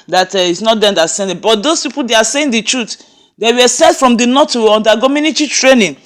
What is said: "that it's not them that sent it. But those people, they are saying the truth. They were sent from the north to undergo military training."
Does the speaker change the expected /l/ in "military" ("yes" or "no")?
yes